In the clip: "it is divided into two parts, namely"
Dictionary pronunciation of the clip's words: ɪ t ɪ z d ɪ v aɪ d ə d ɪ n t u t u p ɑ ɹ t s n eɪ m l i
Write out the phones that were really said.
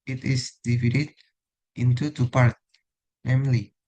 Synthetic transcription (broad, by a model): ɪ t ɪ s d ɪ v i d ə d ɪ n t u t u p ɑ ɹ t n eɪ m l i